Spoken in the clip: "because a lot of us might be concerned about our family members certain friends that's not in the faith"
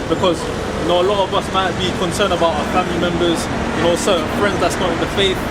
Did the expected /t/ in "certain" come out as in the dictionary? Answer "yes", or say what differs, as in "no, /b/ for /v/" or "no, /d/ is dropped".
no, /s/ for /t/